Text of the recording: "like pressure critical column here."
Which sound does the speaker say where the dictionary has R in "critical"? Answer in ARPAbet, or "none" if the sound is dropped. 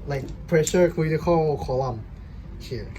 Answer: none